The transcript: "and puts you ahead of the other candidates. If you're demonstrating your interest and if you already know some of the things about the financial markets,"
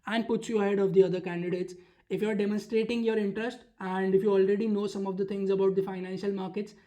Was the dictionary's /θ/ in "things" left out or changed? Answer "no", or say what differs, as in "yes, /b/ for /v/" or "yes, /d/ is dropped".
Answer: yes, /t/ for /θ/